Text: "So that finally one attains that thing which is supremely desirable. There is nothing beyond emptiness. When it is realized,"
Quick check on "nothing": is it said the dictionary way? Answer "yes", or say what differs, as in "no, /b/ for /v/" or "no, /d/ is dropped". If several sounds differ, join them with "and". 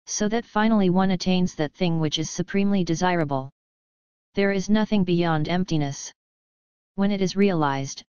yes